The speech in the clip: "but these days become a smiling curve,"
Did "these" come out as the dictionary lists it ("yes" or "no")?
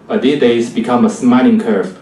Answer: no